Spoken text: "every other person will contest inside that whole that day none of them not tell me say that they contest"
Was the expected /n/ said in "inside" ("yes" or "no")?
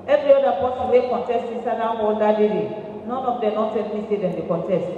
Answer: no